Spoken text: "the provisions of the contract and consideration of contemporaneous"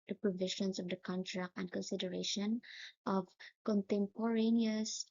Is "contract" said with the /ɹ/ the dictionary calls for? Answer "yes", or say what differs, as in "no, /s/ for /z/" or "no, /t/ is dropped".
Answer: yes